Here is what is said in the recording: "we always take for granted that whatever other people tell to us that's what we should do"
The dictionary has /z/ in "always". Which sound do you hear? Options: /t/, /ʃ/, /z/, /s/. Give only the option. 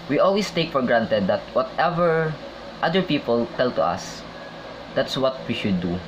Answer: /s/